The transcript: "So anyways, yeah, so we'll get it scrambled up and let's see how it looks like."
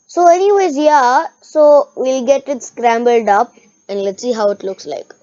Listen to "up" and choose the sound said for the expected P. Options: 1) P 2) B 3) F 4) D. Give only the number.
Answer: 1